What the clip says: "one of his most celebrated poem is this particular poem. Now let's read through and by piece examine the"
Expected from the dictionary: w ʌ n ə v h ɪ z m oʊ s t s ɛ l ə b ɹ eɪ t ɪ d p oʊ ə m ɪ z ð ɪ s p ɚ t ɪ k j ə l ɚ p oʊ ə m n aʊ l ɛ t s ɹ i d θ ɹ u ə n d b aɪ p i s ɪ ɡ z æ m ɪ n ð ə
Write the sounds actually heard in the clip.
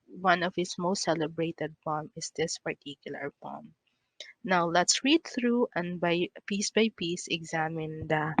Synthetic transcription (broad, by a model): w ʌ n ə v h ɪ s m oʊ s t s ɛ l ə b ɹ eɪ t ɪ d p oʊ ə m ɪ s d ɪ s p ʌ t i k j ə l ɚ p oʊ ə m n aʊ l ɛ t s ɹ i d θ ɹ u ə n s b aɪ p i s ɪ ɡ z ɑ m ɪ n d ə